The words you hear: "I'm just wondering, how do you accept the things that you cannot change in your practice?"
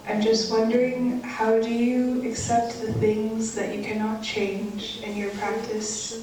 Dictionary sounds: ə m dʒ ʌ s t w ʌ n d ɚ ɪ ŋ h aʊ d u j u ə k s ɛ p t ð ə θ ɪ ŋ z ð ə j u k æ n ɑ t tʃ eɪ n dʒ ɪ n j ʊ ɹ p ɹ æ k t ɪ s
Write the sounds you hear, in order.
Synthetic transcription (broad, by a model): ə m dʒ ʌ s t w ʌ n d ɚ ɪ ŋ h aʊ d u j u ə k s ɛ p t ð ə θ ɪ ŋ z ð ə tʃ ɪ k æ n ɑ t tʃ eɪ n dʒ ɪ n j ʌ ɹ p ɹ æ k t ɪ s